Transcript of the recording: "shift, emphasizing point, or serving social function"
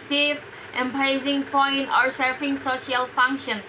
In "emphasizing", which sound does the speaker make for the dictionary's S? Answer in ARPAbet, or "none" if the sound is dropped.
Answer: none